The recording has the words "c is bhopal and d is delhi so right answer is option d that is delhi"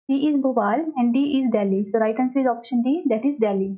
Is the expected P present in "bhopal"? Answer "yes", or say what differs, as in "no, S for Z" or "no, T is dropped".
no, B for P